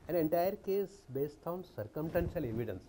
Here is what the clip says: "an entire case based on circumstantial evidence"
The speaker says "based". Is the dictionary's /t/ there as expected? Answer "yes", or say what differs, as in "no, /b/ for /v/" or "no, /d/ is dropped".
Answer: yes